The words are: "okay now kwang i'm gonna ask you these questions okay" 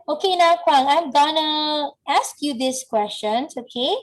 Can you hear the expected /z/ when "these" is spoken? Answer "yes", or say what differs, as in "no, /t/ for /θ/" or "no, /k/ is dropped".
no, /s/ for /z/